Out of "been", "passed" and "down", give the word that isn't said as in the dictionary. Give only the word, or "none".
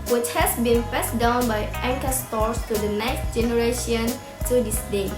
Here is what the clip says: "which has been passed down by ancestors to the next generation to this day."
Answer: passed